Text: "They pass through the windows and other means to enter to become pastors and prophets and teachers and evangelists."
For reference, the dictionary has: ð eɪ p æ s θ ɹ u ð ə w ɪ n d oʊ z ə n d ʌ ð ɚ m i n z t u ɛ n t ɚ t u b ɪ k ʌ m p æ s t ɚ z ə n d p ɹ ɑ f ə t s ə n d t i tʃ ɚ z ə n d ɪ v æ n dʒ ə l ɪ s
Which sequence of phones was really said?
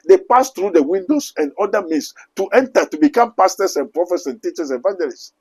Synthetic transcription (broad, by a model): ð eɪ p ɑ s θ ɹ u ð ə w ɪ n d oʊ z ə n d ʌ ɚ m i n s t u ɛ n t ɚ t u b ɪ k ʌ m p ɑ s t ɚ s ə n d p ɹ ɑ f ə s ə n t i tʃ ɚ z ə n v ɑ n dʒ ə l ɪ s